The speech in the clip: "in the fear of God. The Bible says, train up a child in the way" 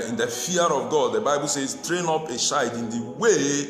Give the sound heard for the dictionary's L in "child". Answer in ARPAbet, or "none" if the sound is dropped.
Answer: none